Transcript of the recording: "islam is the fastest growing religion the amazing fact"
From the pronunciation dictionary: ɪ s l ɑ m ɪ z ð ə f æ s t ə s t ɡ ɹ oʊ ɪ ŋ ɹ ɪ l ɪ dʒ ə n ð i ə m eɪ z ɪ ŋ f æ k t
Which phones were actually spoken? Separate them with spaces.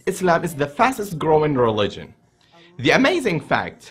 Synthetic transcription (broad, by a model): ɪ s l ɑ m ɪ z ð ə f æ s t ə s t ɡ ɹ oʊ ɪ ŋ ɹ ɪ l ɪ dʒ ə n ð i ə m eɪ z ɪ ŋ f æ k t